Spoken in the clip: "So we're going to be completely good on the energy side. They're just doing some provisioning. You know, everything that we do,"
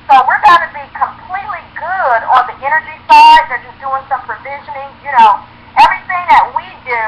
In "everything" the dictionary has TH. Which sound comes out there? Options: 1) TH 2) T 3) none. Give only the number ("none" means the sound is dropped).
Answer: 1